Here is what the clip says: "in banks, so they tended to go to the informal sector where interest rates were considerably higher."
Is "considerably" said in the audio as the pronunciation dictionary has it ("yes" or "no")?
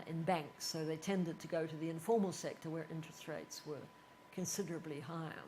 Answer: yes